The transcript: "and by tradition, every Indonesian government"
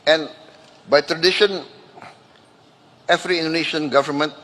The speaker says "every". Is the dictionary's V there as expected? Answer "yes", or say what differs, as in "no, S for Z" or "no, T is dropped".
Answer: no, F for V